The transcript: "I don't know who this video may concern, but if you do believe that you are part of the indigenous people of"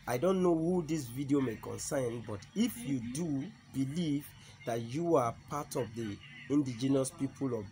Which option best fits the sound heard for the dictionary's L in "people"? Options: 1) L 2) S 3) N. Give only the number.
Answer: 1